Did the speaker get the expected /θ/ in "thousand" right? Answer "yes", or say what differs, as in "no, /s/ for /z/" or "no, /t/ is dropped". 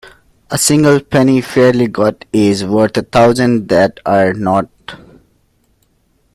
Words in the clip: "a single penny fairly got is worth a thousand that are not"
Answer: no, /t/ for /θ/